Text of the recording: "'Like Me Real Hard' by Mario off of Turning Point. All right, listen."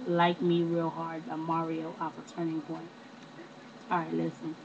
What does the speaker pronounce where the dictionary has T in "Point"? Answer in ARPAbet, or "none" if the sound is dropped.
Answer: none